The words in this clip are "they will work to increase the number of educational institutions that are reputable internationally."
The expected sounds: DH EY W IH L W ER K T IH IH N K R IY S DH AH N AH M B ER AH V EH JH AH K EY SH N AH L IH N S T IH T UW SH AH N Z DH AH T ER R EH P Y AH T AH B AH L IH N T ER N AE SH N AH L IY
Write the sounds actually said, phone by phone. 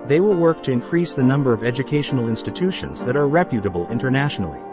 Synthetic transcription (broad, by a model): DH EY W IH L W ER K T IH IH N K R IY S DH AH N AH M B ER AH V EH JH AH K EY SH N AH L IH N S T IH T UW SH AH N Z DH AH T ER R EH P Y AH T AH B AH L IH N T ER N AE SH N L IY